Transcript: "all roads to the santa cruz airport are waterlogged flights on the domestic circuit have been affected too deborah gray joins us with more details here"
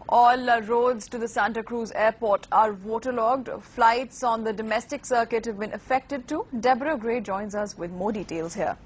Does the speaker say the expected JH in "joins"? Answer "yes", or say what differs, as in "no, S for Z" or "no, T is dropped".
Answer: yes